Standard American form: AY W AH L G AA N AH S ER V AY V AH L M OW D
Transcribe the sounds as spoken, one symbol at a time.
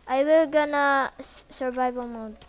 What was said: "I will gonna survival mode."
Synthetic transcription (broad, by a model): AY W AH L G AA N AH S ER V AY B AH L M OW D